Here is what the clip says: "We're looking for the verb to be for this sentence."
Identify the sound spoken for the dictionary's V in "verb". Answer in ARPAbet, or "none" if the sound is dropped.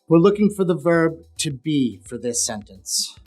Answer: V